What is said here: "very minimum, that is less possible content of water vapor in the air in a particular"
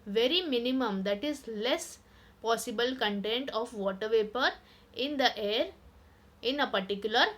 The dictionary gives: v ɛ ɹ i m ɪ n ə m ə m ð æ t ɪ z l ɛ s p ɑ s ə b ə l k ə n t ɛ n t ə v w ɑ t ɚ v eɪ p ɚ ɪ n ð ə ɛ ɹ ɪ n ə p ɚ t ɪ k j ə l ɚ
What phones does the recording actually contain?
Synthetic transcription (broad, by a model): v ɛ ɹ i m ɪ n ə m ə m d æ t ɪ z l ɛ s p ɑ s ə b ə l k ə n t ɛ n t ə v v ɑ t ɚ v eɪ p ɚ ɪ n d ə ɛ ɹ ɪ n ə p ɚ t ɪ k j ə l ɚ